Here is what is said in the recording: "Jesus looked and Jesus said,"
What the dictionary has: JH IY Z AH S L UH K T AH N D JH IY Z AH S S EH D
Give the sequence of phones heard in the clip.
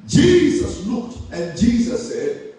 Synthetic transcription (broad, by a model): JH IY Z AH S L UH K T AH N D JH IY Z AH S S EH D